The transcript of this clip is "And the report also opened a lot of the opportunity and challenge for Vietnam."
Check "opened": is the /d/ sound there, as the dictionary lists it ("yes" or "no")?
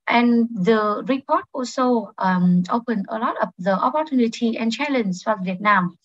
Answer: no